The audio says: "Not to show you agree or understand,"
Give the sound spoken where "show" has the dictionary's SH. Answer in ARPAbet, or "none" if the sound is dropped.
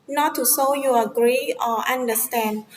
S